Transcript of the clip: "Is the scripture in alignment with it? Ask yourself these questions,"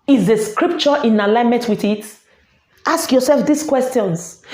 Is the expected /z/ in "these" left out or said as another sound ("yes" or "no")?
yes